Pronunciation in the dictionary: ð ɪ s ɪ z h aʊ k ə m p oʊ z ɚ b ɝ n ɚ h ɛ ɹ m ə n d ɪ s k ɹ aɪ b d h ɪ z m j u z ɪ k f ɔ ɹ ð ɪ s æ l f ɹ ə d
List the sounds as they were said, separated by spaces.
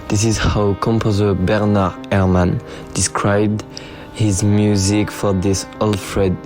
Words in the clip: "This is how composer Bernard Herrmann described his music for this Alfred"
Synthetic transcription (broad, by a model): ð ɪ s ɪ z h aʊ k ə m p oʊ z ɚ b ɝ n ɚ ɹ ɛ ɹ m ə n d ɪ s k ɹ aɪ b d h ɪ z m j u z ɪ k f ɔ ɹ ð ɪ s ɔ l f ɹ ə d